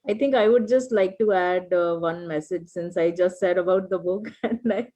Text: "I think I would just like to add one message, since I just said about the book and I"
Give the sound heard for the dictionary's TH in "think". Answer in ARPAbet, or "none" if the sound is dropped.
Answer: T